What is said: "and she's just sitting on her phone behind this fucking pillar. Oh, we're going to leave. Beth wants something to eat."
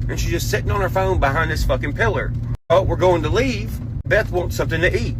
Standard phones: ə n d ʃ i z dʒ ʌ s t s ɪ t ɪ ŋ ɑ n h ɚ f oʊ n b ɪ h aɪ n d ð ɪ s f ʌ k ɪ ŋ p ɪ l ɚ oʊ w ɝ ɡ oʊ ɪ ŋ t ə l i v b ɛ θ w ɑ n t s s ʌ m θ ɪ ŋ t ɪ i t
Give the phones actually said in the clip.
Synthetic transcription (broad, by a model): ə n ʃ i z dʒ ʌ s t s ɪ t ɪ ŋ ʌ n ɚ f oʊ n b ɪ h aɪ n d ð ɪ s f ʌ k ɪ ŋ p ɪ l ɚ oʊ w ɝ ɡ oʊ ɪ ŋ t ə l i v b ɛ θ w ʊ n t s s ʌ m θ ɪ ŋ t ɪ i t